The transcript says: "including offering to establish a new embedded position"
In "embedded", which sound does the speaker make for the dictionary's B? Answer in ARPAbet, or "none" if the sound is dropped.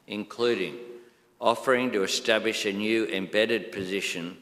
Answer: B